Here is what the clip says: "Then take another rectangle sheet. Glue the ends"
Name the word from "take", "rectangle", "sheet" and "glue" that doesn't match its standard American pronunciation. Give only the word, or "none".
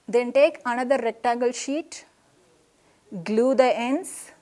rectangle